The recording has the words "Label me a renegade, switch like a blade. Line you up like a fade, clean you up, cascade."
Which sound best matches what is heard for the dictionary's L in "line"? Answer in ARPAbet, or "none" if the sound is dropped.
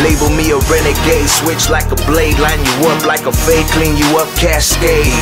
L